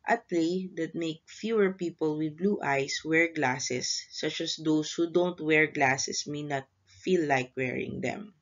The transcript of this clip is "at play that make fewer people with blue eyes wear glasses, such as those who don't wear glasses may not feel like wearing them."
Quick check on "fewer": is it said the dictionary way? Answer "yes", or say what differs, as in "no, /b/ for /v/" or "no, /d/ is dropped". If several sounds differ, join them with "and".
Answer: yes